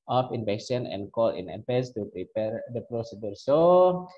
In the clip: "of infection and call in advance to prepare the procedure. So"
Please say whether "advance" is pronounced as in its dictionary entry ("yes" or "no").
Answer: no